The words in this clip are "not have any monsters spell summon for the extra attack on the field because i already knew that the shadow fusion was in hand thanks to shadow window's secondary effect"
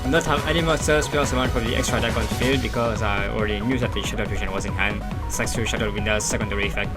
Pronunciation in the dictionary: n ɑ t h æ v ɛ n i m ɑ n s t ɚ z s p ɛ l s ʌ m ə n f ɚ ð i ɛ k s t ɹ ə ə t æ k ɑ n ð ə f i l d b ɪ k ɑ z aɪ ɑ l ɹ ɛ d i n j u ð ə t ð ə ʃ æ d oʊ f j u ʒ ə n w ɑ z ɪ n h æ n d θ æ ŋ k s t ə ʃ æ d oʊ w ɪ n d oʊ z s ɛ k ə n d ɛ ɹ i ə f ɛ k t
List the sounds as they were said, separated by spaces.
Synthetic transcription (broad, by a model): n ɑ t h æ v ɛ n i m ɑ s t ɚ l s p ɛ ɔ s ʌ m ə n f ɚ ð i ɛ k s t ɹ ə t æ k ɑ n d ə f i l d b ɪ k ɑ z aɪ ɑ l ɹ ɛ d i n j u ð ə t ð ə ʃ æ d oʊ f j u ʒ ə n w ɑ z ɪ n h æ n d s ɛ k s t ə ʃ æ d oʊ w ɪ n d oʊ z s ɛ k ə n d ɛ ɹ i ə f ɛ k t